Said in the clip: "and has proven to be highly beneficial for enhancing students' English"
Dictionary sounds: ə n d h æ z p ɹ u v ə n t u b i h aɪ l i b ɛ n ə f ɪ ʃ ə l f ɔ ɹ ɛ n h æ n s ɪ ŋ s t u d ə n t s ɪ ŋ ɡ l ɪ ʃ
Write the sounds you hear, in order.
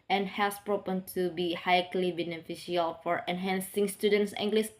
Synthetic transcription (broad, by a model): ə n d h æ s p ɹ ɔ p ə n t u b i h aɪ l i b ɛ n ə f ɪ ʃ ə l f ɔ ɹ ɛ n h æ n s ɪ ŋ s t u d ə n t s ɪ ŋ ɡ l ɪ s